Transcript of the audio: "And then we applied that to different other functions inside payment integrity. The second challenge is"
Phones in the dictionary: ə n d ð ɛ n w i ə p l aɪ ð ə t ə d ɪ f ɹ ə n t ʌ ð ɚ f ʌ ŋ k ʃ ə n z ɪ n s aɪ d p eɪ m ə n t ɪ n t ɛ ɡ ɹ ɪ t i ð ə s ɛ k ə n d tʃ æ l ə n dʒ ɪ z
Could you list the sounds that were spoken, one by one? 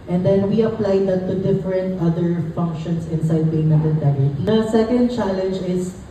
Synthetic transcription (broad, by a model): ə n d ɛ n w i ə p l aɪ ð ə t ə d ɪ f ɹ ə n t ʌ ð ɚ f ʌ ŋ k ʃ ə n s ɪ n s aɪ d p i ə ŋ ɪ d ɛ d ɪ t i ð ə s ɛ k ə n d tʃ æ l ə n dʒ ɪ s